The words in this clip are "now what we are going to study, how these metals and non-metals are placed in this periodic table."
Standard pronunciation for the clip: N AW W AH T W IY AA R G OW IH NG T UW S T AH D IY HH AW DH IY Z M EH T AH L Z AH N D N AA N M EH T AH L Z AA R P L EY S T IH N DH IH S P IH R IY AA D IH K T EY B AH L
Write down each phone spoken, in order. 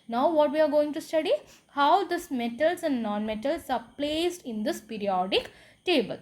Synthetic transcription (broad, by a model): N AW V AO T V IY AA R G OW IH NG T UW S T AH D IY HH AW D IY S M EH T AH L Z AH N D N AA N M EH T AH L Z AA R P L EY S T IH N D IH S P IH R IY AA D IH K T EY B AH L